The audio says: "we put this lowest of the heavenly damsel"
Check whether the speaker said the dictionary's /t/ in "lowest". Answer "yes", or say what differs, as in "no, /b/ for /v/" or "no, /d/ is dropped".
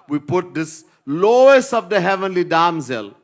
no, /t/ is dropped